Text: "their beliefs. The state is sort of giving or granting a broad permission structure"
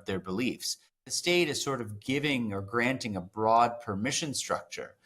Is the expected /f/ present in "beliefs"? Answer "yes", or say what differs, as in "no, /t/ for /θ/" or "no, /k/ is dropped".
yes